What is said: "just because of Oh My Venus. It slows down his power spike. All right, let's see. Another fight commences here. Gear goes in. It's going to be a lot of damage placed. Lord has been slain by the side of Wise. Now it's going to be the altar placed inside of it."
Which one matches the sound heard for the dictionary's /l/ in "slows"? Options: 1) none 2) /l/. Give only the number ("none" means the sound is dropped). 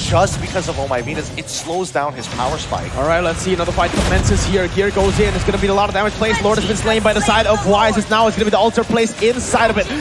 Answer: 2